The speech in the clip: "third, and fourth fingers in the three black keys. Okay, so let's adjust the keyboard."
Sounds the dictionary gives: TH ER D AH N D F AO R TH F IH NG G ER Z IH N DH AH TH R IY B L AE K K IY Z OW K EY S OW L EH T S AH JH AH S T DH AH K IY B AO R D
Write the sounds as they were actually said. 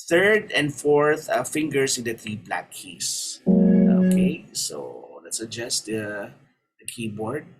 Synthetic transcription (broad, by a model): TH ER D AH N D F AO R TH F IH NG G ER S IH N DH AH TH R IY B L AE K K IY S OW K EY S OW L EH T S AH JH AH S T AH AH K IY B AO R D